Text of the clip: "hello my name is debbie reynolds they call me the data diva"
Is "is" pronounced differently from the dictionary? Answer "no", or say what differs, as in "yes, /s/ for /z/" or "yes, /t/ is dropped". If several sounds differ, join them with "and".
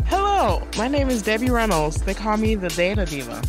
no